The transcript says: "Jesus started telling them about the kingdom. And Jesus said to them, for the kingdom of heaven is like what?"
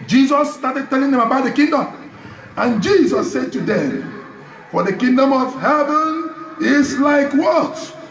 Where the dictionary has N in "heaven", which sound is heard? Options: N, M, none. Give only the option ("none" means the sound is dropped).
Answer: N